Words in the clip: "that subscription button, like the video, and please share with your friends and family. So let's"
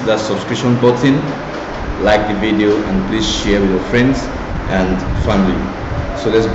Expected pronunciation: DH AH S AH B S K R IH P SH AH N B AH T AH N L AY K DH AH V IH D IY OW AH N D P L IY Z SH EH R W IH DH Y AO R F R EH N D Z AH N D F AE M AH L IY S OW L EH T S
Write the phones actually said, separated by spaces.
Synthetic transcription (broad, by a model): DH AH S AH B S K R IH SH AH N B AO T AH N L AY K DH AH V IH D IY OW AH N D P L IY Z SH EH R W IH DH Y AO R F R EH N D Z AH N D F AE M AH L IY S OW L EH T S